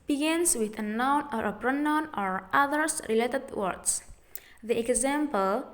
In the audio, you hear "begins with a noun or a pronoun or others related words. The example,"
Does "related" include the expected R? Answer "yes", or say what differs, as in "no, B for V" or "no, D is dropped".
yes